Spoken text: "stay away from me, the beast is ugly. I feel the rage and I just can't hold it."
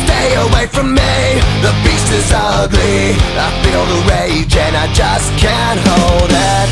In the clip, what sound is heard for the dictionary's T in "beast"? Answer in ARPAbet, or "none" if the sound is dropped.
none